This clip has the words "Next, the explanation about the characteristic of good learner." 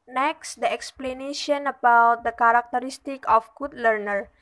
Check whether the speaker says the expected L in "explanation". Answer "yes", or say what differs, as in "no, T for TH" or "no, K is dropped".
yes